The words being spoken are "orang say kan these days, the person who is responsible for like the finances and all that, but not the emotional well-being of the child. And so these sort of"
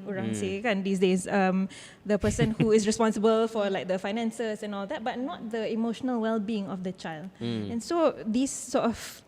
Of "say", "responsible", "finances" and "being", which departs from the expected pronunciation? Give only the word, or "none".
finances